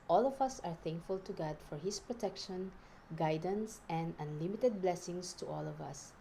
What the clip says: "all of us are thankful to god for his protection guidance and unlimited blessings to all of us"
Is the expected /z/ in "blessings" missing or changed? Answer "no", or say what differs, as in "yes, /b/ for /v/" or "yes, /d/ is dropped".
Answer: yes, /s/ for /z/